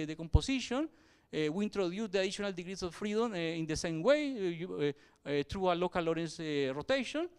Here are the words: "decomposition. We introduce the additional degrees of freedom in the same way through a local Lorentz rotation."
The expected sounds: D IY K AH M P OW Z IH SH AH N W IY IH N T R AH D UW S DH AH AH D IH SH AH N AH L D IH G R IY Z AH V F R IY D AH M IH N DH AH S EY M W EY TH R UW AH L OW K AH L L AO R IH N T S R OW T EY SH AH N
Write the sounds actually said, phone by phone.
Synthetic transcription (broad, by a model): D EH K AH M P OW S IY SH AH N W IY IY N T R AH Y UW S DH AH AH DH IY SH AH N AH L D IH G R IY S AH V F R IY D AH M IH N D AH S EY M W EY T R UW AH L OW K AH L L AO R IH N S R OW T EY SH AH N